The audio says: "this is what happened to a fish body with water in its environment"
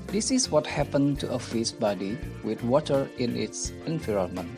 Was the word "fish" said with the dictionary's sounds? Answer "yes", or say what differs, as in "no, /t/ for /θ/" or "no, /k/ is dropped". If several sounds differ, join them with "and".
no, /s/ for /ʃ/